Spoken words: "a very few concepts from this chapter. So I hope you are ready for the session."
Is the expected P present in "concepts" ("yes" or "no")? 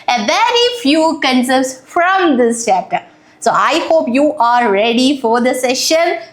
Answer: no